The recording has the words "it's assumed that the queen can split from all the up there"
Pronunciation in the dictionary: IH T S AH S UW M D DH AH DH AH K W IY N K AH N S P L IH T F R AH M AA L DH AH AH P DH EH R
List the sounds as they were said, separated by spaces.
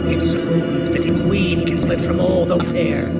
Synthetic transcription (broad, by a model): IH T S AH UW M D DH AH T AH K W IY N K AH N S L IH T F R AH M AA L DH AH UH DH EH R